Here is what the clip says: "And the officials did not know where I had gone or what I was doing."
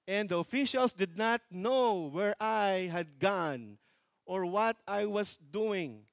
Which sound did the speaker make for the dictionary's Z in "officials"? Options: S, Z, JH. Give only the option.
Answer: S